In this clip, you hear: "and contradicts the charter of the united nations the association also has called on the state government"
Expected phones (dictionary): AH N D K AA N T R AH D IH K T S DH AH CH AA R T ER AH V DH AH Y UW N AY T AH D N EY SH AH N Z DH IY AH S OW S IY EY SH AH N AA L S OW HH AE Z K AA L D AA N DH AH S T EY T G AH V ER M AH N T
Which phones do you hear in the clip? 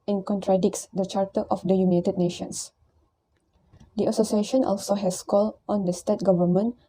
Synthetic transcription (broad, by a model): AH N K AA N T R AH D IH K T S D AH CH AA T T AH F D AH Y UW N AY T AH D N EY SH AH N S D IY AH S OW S IY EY SH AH N AA L S OW HH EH S K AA L AA N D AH S T EY T G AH V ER M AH N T